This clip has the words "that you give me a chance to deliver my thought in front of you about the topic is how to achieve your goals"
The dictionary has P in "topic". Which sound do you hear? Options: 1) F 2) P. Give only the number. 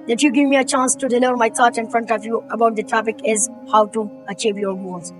1